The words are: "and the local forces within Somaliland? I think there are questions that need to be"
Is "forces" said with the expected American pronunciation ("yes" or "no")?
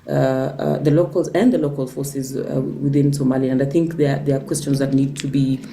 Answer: yes